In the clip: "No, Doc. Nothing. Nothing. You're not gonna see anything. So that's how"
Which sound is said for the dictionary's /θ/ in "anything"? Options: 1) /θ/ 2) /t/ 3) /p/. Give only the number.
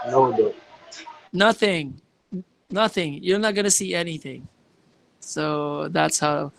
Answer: 1